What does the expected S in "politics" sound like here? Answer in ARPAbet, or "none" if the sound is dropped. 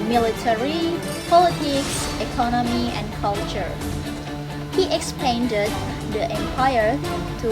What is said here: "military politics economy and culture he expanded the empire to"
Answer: S